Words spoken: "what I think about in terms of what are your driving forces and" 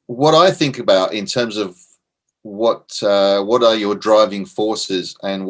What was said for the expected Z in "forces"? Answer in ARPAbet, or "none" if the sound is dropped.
Z